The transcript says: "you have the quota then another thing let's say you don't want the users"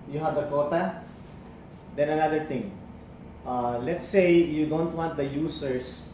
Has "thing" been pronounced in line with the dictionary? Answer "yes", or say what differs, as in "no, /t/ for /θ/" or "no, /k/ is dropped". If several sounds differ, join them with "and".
no, /t/ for /θ/